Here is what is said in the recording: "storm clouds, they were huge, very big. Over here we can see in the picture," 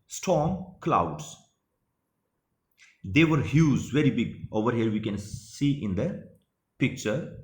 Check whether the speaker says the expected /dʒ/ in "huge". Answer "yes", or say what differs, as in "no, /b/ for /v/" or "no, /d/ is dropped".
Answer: no, /z/ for /dʒ/